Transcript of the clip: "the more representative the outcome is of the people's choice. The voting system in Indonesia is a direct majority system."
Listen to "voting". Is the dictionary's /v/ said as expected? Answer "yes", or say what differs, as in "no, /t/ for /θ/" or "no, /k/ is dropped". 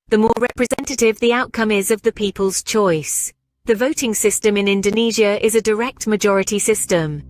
yes